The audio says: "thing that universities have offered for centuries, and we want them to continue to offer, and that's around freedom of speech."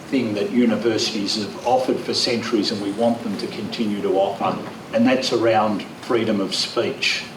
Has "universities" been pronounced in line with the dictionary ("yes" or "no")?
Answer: yes